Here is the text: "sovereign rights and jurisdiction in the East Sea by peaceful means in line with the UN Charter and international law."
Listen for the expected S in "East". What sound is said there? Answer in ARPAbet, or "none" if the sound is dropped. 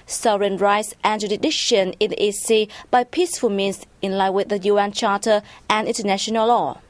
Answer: none